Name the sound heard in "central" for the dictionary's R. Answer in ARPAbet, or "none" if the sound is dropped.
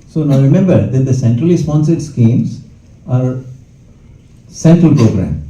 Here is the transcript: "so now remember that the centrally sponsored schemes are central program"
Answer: R